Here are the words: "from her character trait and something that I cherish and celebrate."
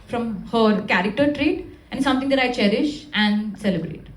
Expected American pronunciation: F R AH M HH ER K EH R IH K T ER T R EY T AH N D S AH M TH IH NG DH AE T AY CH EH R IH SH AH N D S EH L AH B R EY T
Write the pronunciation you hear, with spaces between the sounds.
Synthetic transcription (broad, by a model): F R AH M HH ER K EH R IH K T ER T R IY T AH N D S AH M T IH NG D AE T AY CH EH R IH SH AH N D S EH L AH B R EY T